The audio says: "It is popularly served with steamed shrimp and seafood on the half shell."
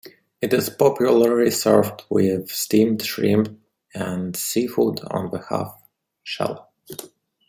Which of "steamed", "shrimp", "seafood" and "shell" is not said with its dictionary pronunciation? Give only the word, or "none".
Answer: shrimp